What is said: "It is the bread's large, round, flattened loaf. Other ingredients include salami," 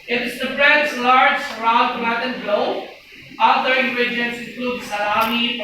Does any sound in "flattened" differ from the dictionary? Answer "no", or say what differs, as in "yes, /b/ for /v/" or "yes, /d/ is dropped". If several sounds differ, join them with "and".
yes, /p/ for /f/